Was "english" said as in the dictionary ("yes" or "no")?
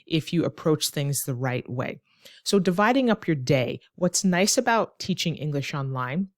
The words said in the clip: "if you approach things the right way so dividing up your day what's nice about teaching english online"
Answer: yes